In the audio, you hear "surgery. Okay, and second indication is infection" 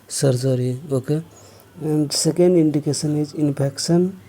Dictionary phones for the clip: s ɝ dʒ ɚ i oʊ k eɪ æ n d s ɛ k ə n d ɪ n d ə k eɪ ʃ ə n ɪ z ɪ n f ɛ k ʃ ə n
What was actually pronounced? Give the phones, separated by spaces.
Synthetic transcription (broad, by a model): s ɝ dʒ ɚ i oʊ k eɪ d s ɛ k ə n d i n d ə k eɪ s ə n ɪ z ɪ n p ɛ k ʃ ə n